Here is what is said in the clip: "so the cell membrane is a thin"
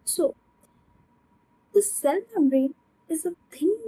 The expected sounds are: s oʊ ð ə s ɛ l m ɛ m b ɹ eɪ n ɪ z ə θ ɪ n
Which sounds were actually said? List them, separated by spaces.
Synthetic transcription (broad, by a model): s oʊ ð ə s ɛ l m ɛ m ɹ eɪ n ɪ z ə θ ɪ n